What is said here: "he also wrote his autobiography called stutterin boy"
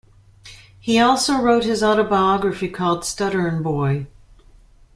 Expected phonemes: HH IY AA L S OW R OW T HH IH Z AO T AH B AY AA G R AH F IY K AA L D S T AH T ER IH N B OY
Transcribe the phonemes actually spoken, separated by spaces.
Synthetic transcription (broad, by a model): HH IY AA L S OW R OW T HH IH Z AO T AH B AY AA G R AH F IY K AA L D S T AH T ER N B OY